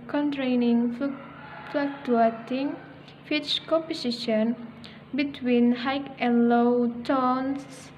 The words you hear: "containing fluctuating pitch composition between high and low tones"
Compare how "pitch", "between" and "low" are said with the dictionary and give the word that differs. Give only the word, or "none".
pitch